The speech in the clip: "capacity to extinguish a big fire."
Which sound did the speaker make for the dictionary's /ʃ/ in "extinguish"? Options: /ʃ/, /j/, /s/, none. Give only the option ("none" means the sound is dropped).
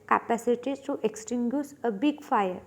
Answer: /s/